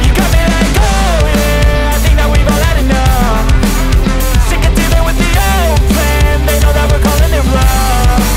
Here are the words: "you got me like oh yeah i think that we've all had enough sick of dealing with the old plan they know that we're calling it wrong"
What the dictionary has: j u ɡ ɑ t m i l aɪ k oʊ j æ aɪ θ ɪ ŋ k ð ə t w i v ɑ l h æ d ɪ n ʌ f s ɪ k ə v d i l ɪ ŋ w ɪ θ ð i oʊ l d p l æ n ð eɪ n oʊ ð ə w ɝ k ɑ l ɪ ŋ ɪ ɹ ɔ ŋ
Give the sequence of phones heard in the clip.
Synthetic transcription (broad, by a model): j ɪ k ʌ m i n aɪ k oʊ j æ aɪ θ ɪ ŋ k ð ə t w i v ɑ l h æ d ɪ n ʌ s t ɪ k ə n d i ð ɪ w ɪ ð i oʊ l d p l æ n ð eɪ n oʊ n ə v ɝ k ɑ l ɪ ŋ ɪ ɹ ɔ